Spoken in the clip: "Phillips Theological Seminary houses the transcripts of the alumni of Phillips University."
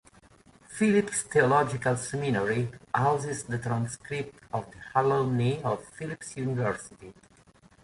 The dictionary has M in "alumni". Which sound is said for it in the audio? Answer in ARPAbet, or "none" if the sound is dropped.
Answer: none